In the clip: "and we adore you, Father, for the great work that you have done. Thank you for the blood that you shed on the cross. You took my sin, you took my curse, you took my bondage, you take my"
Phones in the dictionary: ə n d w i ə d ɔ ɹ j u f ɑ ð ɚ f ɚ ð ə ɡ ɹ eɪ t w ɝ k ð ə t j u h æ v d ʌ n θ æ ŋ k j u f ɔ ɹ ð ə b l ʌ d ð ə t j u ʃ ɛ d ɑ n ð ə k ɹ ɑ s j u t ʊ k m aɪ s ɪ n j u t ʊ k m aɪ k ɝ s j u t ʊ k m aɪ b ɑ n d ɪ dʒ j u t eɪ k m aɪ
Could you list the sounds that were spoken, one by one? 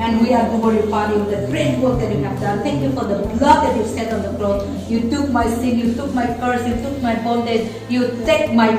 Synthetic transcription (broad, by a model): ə n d w i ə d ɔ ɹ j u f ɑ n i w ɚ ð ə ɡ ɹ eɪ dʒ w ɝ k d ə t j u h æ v d ʌ n t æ ŋ k j u f ɔ ɹ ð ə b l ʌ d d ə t j u s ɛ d ɑ n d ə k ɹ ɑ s j u t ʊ k m aɪ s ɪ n j u t ʊ k m aɪ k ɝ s j u t ʊ k m aɪ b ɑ l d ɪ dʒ j u t eɪ k m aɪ